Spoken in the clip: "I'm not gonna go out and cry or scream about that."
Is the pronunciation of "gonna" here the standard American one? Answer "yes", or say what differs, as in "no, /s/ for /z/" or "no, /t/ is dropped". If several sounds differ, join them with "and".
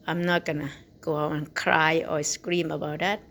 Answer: yes